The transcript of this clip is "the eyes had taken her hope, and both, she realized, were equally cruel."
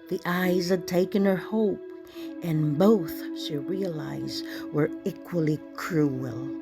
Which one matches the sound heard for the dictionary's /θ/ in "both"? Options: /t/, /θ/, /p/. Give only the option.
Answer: /θ/